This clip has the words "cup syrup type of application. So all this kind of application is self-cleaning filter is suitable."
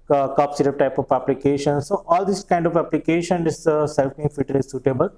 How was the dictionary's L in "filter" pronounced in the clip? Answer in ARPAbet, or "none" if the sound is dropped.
none